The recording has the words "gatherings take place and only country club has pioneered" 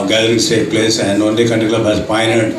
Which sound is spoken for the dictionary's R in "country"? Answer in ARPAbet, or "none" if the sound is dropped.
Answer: none